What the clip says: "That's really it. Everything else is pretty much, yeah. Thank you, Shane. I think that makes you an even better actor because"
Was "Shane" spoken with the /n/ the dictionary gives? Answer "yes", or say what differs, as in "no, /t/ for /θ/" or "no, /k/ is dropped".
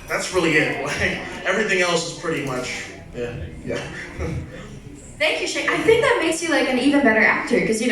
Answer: no, /n/ is dropped